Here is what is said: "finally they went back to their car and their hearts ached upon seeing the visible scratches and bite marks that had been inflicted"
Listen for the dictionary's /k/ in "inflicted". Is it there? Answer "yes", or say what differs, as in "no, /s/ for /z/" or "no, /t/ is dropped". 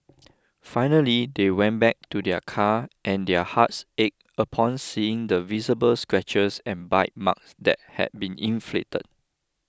no, /k/ is dropped